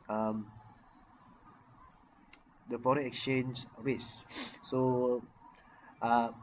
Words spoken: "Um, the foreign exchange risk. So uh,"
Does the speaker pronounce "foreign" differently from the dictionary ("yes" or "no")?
yes